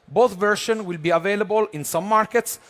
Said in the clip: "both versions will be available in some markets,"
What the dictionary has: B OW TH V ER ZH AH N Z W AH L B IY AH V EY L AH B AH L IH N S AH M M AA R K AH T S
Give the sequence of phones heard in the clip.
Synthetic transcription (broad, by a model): B OW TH V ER SH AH N W AH L B IY AH V EY L AH B AH L IH N S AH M M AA R K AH T S